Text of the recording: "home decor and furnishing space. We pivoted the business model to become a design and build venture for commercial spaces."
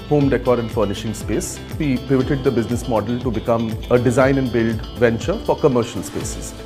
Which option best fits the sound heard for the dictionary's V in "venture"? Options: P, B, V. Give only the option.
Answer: V